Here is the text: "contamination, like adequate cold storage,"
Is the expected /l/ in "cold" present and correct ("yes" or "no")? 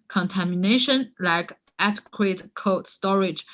no